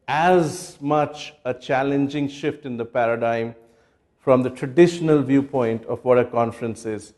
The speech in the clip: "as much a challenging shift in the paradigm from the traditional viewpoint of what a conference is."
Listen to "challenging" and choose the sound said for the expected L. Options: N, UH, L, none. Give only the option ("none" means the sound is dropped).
L